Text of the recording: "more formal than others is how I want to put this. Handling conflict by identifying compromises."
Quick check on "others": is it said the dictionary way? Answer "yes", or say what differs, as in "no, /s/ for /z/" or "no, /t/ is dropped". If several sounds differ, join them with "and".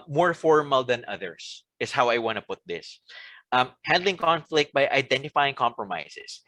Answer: no, /s/ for /z/